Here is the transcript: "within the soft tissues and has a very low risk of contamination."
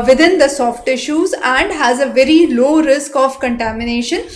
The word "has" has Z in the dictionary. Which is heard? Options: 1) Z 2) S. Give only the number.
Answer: 1